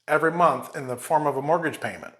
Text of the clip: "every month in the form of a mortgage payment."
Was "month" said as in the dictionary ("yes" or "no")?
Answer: yes